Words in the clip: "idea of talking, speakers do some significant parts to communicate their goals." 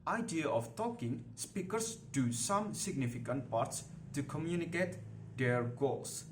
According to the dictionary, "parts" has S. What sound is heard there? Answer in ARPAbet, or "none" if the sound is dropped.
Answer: S